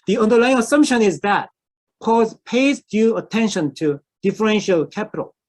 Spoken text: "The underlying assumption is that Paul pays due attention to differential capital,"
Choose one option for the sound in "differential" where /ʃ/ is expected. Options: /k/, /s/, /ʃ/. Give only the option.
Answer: /ʃ/